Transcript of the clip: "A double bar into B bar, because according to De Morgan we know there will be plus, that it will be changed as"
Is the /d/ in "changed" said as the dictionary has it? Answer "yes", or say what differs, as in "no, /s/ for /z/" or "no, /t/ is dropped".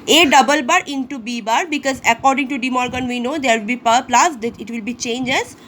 no, /d/ is dropped